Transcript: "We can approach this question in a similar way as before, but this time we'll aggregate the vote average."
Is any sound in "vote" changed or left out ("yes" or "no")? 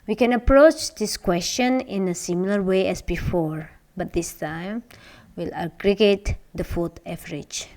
yes